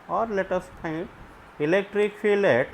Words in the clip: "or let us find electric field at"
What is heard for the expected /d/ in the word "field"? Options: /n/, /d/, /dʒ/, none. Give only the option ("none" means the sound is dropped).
none